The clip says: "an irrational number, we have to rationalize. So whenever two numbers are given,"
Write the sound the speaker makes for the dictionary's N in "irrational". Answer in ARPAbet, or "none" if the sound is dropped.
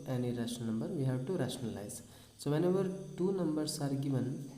none